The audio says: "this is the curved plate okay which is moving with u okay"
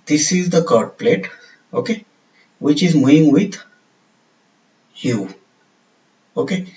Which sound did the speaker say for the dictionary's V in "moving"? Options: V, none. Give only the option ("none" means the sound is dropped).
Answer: none